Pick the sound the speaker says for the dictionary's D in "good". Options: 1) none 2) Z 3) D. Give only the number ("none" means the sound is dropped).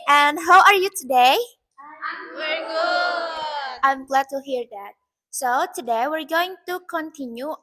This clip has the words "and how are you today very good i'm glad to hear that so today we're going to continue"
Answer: 1